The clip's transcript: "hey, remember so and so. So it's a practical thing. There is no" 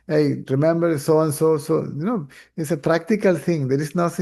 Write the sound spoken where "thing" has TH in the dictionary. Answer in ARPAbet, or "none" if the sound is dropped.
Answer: T